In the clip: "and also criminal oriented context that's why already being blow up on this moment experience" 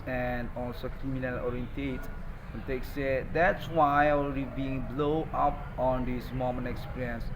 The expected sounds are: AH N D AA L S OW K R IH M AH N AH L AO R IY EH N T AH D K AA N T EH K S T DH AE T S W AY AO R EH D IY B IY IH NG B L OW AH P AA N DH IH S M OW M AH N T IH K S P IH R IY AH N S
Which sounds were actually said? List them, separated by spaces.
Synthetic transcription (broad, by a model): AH N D AA L S OW K R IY M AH N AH L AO R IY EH N T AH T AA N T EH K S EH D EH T S W AY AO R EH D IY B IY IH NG B L OW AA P AA N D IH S M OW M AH N IH K S P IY R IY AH N S